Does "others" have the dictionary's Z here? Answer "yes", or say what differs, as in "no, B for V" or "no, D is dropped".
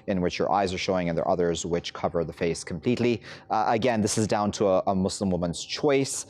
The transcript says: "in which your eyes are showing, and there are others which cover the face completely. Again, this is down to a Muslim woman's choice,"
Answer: yes